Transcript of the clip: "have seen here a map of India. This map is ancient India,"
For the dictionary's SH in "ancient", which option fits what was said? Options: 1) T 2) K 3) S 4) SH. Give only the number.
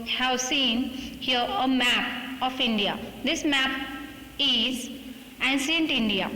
3